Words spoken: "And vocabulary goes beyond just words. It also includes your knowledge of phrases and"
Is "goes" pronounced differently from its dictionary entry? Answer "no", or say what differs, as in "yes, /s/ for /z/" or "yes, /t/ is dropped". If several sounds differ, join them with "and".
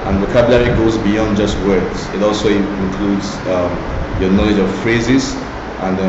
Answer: no